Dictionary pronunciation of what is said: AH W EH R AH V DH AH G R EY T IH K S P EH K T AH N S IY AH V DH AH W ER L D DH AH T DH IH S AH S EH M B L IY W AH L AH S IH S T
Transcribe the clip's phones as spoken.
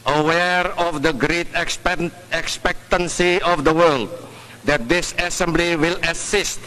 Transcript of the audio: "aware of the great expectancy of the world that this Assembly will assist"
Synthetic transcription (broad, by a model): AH W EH R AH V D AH G R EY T IH K S P EH K T AH N S IY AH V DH AH W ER L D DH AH T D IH S AH S EH M B L IY W AH L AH S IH S T